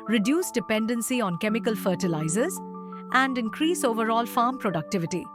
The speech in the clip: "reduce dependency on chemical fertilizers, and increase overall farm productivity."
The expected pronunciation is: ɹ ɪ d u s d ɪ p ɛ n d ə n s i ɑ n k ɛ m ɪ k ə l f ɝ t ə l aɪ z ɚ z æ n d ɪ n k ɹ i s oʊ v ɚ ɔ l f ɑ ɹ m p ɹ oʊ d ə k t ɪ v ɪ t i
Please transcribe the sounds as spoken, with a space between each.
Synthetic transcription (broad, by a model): ɹ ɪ d u s d ɪ p ɛ n d ə n s i ɑ n k ɛ m ɪ k ə l f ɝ t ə l aɪ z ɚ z æ n d ɪ n k ɹ i s oʊ v ɚ ɔ l f ɑ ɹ m p ɹ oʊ d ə k t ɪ v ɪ t i